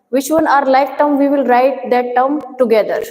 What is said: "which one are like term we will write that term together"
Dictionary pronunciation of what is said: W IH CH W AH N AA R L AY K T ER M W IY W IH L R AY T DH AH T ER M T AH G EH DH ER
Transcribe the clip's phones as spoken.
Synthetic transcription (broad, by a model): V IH CH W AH N AA R L AY K T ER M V IY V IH L R AY T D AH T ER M T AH G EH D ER